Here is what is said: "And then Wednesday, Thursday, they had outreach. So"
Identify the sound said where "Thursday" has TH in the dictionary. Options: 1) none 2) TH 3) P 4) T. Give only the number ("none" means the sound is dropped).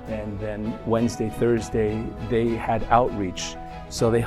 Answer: 2